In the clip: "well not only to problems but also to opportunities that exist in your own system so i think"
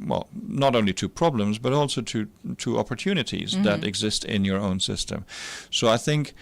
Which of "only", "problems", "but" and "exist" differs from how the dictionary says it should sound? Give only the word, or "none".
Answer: none